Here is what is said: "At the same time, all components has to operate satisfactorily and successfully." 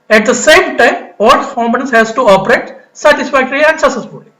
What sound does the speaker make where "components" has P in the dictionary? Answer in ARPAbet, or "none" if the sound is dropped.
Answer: none